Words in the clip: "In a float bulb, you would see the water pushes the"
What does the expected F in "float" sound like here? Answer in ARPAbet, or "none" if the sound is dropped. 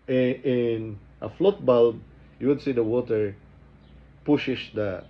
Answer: F